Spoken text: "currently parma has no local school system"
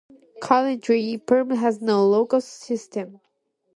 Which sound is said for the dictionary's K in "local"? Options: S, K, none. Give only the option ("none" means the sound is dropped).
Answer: none